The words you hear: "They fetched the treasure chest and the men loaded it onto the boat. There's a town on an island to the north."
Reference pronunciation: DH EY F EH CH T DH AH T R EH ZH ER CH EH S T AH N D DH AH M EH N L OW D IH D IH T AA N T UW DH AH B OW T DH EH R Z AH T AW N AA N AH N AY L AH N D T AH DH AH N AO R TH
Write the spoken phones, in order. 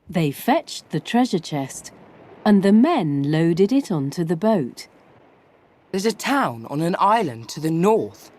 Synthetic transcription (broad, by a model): DH EY F EH CH DH AH T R EH ZH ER CH EH S T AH N DH AH M EH N L OW D IH D IH T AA N T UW DH AH B OW T DH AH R Z AH T AW N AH N AH N AY L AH N T AH DH AH N AO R TH